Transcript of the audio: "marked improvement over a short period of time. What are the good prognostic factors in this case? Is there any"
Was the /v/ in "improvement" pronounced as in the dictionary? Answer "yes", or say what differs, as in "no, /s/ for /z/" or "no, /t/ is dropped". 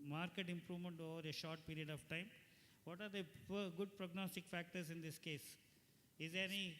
yes